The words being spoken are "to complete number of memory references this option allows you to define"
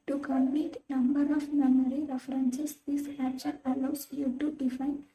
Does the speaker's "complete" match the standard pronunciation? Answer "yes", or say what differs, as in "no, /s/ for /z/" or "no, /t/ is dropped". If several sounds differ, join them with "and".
no, /l/ is dropped